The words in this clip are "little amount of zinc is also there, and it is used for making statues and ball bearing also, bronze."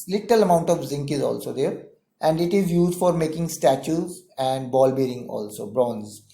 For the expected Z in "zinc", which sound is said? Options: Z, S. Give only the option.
Z